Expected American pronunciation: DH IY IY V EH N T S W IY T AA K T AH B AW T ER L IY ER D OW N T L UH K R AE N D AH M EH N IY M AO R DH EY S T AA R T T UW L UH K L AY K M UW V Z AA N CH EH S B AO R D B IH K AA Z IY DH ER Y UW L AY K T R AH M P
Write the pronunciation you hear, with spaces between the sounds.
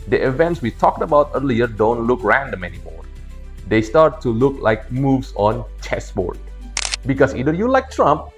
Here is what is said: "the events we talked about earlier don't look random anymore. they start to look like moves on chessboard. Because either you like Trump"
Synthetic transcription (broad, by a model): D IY IY V EH N T S W IY T AA K T AH B AW T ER L IY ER D OW N T L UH K R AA N D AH M EH N IY M AO R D EY S T AA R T T UW L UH K L AY K M UW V S AA N CH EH S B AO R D B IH K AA S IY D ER Y UW L AY K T R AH M P